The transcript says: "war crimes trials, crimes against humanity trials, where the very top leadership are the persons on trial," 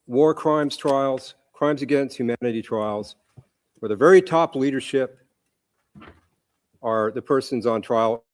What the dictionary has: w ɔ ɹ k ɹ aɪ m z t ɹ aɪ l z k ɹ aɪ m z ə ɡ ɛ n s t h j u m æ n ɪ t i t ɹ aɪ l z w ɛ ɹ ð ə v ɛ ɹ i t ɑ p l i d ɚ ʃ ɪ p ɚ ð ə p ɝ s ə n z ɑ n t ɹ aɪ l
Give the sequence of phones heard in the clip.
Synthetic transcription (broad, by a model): w ɔ ɹ k ɹ aɪ m z t ɹ aɪ l z k ɹ aɪ m z ə ɡ ɛ n s t h j u m æ n ɪ t i t ɹ aɪ l z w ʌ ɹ ð ə v ɛ ɹ i t ɑ p l i d ɚ ʃ ɪ p ɚ ð ə p ɝ s ə n z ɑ n t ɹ aɪ l